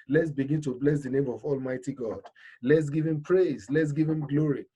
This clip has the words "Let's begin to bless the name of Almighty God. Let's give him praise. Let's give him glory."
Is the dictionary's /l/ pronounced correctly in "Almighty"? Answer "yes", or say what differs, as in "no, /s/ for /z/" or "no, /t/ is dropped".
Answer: yes